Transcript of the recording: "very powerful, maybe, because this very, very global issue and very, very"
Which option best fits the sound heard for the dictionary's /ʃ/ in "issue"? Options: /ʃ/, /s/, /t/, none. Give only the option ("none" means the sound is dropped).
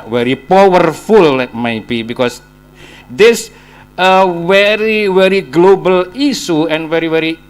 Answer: /s/